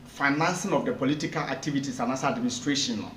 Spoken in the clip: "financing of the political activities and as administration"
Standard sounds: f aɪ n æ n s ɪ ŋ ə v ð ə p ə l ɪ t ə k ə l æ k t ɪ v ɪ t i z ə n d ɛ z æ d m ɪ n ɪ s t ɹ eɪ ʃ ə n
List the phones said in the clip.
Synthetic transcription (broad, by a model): f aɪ n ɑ n s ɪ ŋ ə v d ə p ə l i t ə k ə l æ k t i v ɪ t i s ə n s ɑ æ d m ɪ n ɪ s t ɹ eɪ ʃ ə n